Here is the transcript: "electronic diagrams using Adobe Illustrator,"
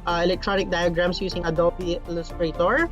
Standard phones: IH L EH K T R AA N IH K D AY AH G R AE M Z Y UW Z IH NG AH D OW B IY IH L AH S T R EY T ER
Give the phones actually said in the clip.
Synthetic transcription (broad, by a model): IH L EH K T R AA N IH K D AY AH G R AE M S Y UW S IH NG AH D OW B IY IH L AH S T R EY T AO